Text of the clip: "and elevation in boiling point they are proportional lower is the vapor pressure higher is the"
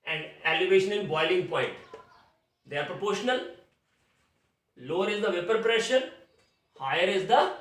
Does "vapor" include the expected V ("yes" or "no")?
yes